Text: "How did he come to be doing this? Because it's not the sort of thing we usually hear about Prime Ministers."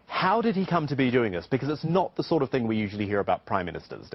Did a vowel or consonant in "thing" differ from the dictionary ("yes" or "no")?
no